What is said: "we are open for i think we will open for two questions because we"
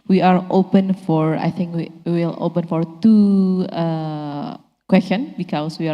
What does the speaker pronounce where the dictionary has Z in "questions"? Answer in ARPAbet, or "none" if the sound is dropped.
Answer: none